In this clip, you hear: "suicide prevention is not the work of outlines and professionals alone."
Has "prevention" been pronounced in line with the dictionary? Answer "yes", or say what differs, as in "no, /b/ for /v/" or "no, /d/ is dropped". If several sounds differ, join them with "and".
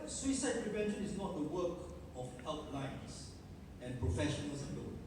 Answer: yes